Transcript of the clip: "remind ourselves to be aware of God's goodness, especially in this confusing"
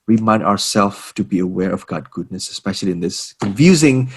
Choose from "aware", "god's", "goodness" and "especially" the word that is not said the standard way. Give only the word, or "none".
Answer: god's